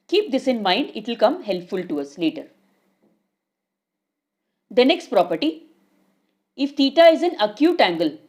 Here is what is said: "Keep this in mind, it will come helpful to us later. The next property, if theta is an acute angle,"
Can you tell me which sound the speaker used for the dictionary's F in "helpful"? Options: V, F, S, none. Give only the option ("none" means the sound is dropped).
F